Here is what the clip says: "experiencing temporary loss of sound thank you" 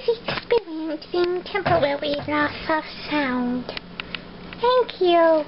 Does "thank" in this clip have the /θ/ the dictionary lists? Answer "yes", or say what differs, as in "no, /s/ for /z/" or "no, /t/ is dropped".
yes